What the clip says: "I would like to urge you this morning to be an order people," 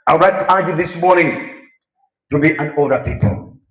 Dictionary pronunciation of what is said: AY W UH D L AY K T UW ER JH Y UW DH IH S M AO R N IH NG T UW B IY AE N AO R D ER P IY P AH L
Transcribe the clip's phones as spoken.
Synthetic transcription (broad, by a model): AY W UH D L AY K T UW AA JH Y UW DH IH S M AO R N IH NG T UW B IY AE N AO L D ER P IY P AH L